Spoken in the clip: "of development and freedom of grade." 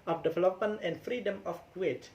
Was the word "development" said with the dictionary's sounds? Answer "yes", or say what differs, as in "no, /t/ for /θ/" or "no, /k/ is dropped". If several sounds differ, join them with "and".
no, /t/ is dropped